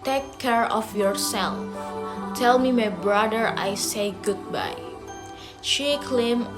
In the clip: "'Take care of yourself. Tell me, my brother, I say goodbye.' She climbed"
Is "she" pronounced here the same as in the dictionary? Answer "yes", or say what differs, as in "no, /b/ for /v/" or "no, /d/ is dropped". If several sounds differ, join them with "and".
yes